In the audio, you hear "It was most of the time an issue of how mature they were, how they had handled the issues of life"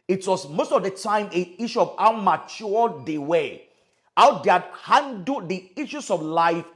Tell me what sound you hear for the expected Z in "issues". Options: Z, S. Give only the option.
S